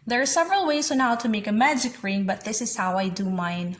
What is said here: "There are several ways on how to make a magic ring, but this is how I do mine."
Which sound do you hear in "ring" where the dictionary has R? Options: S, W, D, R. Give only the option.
R